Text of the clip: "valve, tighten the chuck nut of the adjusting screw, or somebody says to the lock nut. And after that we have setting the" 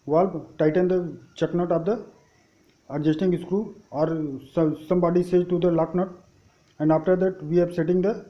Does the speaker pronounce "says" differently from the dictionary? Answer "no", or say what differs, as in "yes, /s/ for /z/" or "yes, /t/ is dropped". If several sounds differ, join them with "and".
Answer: yes, /z/ is dropped